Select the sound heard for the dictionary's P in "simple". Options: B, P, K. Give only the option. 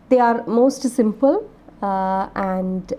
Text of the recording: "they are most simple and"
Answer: P